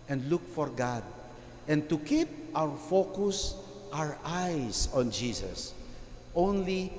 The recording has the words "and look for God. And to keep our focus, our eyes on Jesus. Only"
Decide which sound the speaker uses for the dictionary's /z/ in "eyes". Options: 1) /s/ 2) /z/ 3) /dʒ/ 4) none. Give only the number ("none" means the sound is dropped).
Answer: 1